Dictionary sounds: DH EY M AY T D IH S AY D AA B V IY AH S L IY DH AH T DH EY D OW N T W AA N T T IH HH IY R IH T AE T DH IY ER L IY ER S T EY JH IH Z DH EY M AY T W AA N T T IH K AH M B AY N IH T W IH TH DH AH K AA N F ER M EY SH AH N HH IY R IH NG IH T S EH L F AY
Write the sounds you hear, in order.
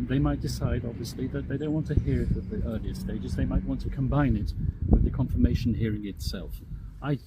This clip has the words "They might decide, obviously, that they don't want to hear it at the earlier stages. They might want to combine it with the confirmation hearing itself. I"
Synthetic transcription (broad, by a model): DH EY M AY T D IH S AY D AA B V IY AH S L IY DH AH T DH EY D OW N T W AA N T T IH HH IY R IH T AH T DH IY ER L IY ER S T EY JH IH Z DH EY M AY T W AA N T T IH K AH M B AY N IH T W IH DH AH K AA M F ER M EY SH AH N HH IY R IH NG IH T S EH L F AY